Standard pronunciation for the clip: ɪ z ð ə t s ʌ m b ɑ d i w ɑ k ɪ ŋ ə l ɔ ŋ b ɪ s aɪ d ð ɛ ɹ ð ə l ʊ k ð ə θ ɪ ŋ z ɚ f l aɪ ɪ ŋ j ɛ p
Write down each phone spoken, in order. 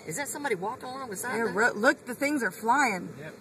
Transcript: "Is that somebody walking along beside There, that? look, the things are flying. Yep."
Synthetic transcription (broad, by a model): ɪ z ð ə t s ʌ m b ɑ d i w ɑ k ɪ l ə ʊ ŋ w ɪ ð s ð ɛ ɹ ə l ʊ k ð ə θ ɪ ŋ z ɚ f l aɪ ɪ ŋ